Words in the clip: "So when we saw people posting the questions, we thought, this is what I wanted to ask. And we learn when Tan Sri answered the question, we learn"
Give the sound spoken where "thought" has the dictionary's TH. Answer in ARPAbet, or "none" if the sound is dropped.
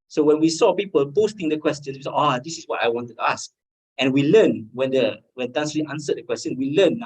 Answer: S